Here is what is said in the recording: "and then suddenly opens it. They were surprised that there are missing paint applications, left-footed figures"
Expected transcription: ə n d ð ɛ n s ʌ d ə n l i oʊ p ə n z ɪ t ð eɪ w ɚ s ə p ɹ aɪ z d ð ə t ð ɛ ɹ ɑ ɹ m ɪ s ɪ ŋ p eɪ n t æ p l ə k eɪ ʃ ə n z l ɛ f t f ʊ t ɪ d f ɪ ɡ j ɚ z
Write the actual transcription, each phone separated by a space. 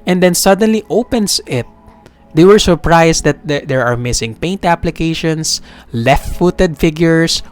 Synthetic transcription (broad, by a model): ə n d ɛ n s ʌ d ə n l i oʊ p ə n s ɪ t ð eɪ w ɚ s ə p ɹ aɪ s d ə t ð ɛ ɹ ɑ ɹ m ɪ s ɪ ŋ p eɪ n t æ p l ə k eɪ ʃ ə n s l ɛ f t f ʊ t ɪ d f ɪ ɡ j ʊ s